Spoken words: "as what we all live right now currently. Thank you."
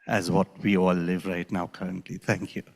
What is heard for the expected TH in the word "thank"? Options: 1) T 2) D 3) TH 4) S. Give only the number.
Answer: 1